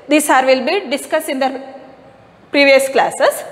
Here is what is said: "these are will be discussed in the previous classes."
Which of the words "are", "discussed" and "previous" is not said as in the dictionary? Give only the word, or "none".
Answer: discussed